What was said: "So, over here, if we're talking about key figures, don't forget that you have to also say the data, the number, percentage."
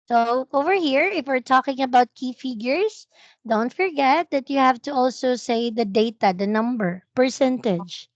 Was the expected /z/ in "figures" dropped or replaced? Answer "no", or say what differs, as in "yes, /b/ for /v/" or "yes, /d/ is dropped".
yes, /s/ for /z/